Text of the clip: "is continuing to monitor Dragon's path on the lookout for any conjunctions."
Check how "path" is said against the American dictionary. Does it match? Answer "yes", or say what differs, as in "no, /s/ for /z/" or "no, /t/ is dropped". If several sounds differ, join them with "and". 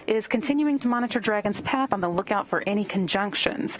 yes